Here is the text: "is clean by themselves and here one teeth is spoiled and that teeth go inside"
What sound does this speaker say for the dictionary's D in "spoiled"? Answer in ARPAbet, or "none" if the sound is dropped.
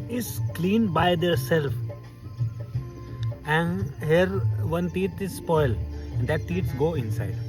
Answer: none